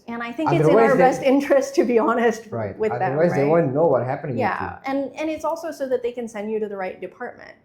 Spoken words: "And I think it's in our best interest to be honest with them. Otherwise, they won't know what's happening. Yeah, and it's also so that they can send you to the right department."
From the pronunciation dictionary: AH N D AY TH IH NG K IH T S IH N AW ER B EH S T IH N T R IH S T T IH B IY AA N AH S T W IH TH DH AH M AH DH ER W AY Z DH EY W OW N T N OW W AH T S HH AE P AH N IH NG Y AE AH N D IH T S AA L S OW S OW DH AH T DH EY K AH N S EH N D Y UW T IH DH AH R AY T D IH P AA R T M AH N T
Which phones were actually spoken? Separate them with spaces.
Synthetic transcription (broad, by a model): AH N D AY TH IH NG K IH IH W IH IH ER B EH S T IH N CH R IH S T T IH B IY AA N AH S T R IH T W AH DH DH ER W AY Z DH EY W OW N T N OW W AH T HH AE P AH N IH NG Y AE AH N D IH T S AA L S OW S OW DH AH T DH EY K AH N S EH N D Y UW T IH DH AH R AY T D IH P AA R T M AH N T